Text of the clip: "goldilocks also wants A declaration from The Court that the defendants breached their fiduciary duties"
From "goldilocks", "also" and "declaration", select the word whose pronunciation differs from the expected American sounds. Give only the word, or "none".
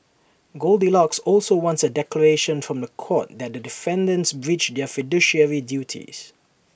none